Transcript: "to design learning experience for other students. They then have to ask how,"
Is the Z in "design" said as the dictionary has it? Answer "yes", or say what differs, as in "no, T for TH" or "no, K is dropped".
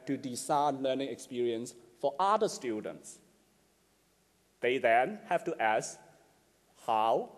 no, S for Z